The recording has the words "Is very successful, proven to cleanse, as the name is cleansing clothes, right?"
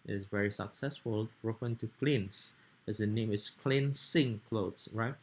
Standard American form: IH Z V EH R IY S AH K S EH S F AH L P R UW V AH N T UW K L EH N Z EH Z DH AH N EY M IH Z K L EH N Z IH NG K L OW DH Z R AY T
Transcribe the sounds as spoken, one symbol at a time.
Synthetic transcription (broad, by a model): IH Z V EH R IY S AH K S EH S F AH L R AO F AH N T UW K L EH N S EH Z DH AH N EY M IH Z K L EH N S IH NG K L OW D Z R AY T